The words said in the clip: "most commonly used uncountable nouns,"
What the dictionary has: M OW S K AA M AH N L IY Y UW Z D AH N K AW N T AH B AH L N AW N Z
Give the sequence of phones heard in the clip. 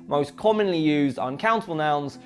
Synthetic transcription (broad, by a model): M OW S K AA M AH N L IY Y UW Z D AH N K AW N T AH B AH L N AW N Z